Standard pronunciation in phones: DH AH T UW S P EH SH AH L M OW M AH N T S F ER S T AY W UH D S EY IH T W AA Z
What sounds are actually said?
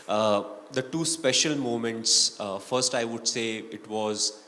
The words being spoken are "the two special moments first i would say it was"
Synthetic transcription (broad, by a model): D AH T UW S P EH SH AH L M OW M AH N T S F ER S T AY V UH D S EY IH T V AA Z